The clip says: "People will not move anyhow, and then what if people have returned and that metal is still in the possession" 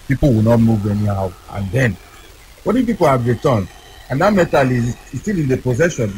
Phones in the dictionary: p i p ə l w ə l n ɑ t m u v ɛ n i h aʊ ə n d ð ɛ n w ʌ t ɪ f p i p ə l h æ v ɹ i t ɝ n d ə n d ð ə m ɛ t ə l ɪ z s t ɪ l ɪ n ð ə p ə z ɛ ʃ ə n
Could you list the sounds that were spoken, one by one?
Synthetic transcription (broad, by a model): p i p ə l w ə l n ɑ t m u v ɛ n i h aʊ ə n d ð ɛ n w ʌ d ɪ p i p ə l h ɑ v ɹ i t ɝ n ə n d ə m ɛ t ə l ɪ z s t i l ɪ n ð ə p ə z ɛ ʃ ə n